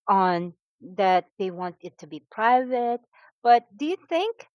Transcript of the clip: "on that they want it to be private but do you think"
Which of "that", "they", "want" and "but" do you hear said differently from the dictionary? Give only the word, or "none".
none